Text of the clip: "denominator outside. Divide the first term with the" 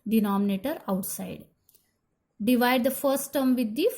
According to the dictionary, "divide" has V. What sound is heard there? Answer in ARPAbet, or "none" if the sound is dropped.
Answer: V